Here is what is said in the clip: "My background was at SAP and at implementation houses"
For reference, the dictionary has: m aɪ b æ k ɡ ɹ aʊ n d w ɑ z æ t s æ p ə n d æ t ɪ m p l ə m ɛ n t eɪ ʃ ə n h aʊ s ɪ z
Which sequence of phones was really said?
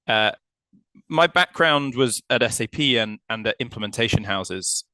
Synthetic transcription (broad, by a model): m aɪ b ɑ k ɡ ɹ aʊ n d w ɑ z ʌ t s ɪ p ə n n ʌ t ɪ m p l ə m ɛ n t eɪ ʃ ə n h aʊ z ɪ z